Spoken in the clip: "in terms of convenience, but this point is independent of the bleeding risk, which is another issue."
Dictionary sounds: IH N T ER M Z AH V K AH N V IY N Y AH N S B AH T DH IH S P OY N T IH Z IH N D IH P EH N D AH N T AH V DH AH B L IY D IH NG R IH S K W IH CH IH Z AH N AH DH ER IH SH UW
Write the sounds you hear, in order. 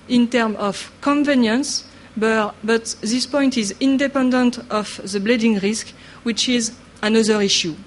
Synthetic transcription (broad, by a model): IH N T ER M AH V K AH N V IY N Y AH N S B AH T DH IH S P OY N T IH Z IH N D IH P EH N D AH N T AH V DH AH B L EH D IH NG R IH S K W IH CH IH Z AH N AH DH ER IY SH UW